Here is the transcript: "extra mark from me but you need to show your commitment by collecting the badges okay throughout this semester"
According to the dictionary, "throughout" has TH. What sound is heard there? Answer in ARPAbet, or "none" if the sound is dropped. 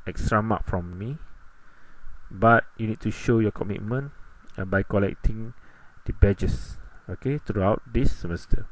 T